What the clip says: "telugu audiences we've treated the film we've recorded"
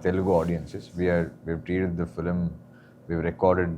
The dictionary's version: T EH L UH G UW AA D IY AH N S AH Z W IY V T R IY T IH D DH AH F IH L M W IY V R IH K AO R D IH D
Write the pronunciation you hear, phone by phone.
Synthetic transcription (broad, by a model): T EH L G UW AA D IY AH N S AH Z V IY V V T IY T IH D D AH F IH L M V IY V R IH K AO R D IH D